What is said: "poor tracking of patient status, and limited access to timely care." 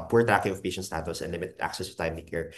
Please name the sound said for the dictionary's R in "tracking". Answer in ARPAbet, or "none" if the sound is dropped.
none